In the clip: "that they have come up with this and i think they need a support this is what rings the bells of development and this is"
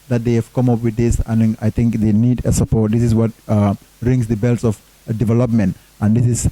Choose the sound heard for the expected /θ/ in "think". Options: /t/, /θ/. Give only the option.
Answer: /t/